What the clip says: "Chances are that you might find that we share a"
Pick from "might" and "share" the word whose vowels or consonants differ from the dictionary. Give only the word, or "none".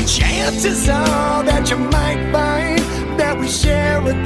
share